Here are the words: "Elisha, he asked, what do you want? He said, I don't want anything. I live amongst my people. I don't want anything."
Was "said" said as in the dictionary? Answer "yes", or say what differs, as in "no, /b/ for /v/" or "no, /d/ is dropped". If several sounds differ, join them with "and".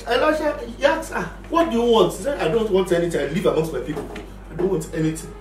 no, /d/ is dropped